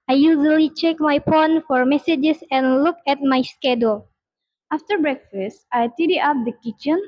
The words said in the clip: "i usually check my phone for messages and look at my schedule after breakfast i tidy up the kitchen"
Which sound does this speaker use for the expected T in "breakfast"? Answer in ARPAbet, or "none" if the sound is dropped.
T